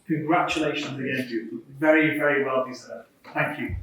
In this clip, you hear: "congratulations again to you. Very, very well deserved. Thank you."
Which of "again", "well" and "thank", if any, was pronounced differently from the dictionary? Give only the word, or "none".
none